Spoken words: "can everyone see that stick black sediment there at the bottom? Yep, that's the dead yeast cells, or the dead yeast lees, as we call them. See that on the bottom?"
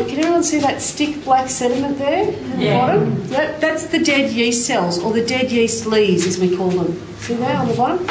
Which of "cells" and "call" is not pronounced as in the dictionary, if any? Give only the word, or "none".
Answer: none